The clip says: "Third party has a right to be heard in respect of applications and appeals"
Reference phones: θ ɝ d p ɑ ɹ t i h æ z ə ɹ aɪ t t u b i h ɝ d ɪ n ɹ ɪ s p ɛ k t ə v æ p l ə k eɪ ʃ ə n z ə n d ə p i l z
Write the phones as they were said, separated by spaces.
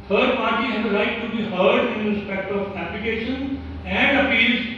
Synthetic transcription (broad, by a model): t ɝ d p ɑ ɹ t i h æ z ə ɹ aɪ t t u b i h ɝ d ɪ n ɹ ɪ s p ɛ k t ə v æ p ə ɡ eɪ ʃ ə n ə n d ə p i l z